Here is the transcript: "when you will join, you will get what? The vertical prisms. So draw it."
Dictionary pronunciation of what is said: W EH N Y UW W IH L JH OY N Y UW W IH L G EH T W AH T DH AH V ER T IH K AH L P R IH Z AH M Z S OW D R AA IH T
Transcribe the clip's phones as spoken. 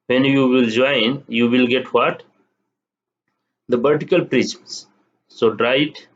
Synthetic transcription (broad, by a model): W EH N Y UW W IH L JH OY N Y UW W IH L G EH T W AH T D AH B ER T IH K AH L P R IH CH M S S OW D R AA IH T